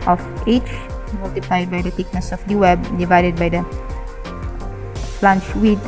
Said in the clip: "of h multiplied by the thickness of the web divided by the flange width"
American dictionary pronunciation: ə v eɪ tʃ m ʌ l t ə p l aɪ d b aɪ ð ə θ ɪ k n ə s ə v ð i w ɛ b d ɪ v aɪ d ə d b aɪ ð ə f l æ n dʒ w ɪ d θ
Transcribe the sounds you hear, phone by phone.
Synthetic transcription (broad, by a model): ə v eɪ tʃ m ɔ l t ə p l aɪ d b aɪ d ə t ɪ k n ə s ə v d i w ɛ b d ɪ v aɪ d ə d b aɪ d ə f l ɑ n tʃ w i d